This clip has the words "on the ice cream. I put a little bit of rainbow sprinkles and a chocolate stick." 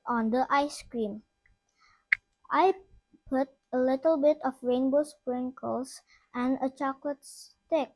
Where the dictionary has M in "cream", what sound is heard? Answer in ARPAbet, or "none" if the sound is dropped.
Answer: M